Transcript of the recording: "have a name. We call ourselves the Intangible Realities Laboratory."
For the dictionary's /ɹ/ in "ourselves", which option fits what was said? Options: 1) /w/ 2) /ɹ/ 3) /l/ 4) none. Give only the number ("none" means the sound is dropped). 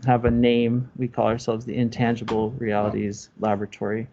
2